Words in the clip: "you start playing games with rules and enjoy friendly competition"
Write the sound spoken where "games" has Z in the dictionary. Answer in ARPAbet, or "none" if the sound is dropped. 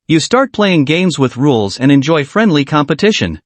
Z